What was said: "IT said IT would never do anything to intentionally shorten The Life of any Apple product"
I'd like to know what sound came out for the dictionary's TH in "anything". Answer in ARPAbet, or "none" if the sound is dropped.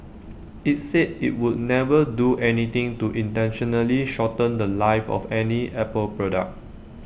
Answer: T